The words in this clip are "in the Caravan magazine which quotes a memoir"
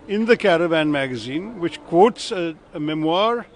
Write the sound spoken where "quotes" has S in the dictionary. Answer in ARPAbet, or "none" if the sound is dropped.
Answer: S